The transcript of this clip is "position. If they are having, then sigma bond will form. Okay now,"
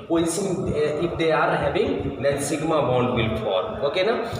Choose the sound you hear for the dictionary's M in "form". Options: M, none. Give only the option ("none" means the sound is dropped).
none